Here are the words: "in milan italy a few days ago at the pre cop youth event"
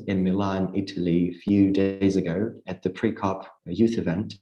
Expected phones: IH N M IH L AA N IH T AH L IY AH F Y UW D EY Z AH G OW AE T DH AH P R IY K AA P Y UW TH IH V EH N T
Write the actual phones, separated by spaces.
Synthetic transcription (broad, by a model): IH N M IH L AA N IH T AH L IY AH F Y UW D EY Z AH G OW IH T DH AH P R IY K AA P Y UW TH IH V EH N T